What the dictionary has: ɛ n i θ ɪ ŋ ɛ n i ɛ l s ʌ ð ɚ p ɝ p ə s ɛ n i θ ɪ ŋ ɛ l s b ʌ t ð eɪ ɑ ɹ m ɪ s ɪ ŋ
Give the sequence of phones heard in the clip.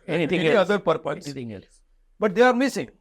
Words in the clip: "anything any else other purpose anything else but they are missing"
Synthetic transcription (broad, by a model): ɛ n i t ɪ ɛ i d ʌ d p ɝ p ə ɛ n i t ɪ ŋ ɛ l s b ʌ t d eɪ ɑ ɹ m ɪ s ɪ ŋ